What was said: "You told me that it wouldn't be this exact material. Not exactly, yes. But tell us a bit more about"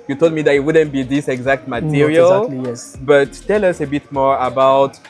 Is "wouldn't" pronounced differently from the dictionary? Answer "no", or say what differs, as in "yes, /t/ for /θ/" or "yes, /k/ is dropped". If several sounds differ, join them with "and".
no